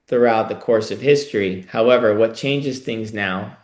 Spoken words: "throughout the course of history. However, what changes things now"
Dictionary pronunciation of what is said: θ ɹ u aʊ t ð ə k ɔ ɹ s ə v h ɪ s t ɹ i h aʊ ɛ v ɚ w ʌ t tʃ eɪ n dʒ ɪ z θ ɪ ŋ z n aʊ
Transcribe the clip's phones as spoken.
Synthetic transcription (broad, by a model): θ ɹ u aʊ t ð ə k ɔ ɹ s ə v h ɪ s t ɹ i h aʊ ɛ v ɚ w ʌ t tʃ eɪ n dʒ ɪ z θ ɪ ŋ z n aʊ